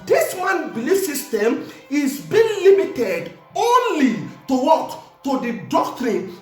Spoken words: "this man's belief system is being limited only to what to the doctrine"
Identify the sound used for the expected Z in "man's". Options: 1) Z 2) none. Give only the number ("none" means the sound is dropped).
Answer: 2